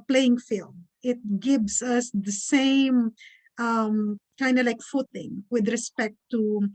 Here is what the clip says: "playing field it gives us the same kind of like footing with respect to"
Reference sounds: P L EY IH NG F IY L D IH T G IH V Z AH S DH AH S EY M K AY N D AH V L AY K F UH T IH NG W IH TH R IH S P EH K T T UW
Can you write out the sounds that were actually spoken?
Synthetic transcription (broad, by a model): P L EY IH NG F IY L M IH T G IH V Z AH S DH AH S EY M K AY N D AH L AY K F UH T IH NG W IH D R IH S P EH K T T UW